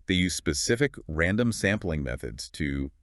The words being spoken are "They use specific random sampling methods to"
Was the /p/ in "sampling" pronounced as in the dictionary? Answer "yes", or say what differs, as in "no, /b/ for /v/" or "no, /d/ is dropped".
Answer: yes